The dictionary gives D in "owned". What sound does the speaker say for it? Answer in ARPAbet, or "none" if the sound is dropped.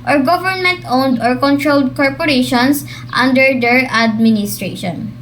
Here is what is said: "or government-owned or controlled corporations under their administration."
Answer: D